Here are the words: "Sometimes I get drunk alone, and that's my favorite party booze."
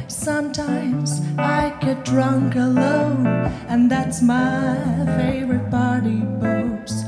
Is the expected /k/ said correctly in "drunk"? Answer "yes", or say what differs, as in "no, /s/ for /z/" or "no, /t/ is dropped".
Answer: yes